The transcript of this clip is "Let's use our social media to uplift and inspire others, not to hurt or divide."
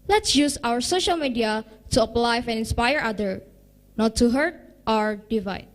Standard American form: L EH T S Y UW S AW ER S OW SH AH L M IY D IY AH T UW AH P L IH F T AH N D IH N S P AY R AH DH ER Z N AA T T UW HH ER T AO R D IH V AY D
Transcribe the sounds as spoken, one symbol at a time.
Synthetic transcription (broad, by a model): L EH T S Y UW S AW ER S OW SH AH L M IY D IY AH T UW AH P L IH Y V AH N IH N S P AY R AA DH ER N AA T T UW HH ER T AO R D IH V AY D